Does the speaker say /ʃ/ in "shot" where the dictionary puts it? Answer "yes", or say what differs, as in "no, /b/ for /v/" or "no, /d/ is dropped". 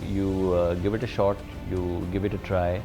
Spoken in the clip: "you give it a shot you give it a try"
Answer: yes